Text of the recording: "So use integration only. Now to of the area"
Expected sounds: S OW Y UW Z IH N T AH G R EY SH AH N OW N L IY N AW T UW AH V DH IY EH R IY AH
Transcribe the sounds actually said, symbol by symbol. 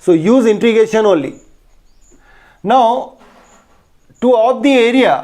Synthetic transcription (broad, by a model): S OW Y UW Z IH N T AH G EY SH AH N OW N L IY N AW T UW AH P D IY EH R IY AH